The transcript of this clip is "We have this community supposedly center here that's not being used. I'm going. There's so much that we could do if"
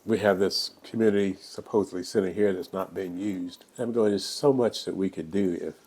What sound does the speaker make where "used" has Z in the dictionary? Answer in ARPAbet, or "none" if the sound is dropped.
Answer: Z